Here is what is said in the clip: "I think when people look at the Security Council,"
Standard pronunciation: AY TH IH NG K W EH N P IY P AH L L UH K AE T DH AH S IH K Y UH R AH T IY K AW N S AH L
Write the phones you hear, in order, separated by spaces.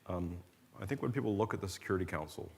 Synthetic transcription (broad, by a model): AY TH IH NG K W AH N P IY P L L UH K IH T DH AH S IH K Y UH R AH T IY K AW N S L